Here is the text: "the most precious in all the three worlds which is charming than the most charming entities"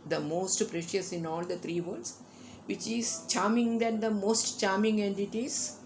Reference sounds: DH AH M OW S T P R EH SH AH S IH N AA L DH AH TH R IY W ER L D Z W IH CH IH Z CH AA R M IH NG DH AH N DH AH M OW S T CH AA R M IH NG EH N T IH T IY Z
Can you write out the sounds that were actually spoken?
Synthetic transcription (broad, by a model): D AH M OW S T P R EH SH AH S IH N AA L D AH T R IY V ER D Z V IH CH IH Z CH AA R M IH NG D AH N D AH M OW S T CH AA R M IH NG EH N T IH T IY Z